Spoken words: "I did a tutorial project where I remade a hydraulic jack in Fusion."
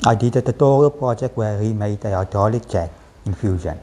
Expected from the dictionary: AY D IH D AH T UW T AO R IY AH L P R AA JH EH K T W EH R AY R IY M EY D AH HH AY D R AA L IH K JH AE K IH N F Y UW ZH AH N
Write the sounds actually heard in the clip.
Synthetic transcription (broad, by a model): AY D IH D AH T UW T AO R IY AH L P R AA JH EH K T W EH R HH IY M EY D AH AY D AA L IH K CH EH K IH N F Y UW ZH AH N